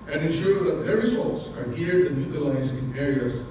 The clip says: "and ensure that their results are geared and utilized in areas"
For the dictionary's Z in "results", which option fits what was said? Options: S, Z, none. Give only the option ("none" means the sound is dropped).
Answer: S